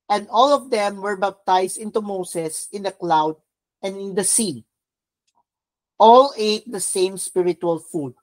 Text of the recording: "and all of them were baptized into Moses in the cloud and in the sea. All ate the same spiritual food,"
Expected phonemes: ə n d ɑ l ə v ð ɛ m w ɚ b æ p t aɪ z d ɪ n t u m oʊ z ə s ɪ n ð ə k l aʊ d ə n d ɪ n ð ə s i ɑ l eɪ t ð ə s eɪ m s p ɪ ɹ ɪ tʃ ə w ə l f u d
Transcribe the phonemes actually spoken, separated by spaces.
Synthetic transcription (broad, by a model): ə n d ɑ l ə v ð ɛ m w ɚ b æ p t aɪ s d ɪ n t u m oʊ s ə s ɪ n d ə k l aʊ d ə n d ɪ n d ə s i ɑ l eɪ t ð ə s eɪ m s p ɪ ɹ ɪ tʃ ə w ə l f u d